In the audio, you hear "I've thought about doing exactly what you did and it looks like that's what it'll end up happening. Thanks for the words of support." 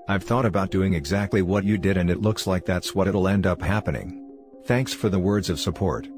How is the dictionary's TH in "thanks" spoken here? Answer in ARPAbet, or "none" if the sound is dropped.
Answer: TH